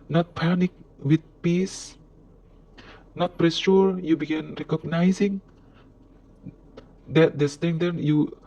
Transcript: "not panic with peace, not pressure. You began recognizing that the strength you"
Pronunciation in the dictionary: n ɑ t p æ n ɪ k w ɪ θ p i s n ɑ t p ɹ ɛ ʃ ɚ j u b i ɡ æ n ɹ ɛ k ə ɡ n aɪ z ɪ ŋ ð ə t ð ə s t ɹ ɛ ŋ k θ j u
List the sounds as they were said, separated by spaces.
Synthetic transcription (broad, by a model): n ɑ t p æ n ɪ k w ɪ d p i s n ɑ t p ɹ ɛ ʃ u j u b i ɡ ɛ n ɹ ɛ k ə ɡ n aɪ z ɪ ŋ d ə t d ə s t ɛ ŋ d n j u